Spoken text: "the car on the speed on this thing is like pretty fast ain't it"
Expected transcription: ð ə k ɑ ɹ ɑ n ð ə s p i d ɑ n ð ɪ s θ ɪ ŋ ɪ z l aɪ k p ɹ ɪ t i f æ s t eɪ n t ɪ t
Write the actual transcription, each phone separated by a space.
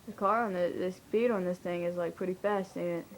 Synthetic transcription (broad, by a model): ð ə k ɑ ɹ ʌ n ð ə s b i d n ð ɪ s θ ɪ ŋ ɪ z l aɪ k p ɹ ɪ t i f æ s t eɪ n ɪ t